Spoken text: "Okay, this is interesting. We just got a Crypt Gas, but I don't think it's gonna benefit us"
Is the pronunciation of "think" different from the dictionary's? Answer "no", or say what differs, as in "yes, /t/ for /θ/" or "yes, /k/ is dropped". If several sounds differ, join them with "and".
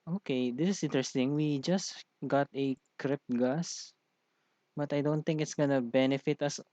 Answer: yes, /t/ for /θ/